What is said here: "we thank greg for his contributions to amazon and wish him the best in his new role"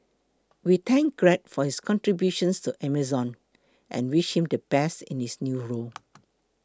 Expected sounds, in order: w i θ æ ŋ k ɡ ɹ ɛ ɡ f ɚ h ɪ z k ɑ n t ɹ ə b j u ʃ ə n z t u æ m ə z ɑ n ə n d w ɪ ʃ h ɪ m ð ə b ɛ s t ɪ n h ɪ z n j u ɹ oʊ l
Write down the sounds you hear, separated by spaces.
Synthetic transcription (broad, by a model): w i t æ ŋ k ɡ ɹ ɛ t f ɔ h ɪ s k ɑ n t ɹ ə b j u ʃ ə n s t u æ m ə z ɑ n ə n w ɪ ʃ h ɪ m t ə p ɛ s ɪ n h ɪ s n j u ɹ oʊ l